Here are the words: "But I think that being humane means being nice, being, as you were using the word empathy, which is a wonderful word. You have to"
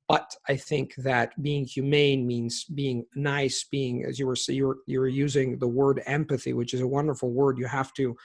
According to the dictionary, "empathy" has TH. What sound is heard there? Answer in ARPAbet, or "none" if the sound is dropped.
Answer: TH